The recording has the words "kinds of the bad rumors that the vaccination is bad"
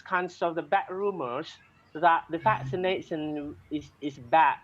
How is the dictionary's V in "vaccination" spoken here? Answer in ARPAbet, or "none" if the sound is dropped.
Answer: F